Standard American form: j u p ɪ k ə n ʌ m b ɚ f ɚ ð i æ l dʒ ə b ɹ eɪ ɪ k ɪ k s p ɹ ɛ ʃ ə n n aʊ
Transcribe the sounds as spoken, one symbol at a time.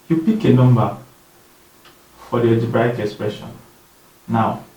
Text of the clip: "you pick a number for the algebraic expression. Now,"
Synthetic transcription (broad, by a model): j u p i k ə n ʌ m b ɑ f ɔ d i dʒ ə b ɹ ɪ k ɪ k s p ɹ ɛ ʃ ə n n aʊ